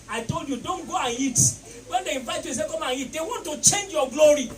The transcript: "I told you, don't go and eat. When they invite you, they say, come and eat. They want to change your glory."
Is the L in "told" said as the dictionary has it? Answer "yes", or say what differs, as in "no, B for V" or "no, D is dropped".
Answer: yes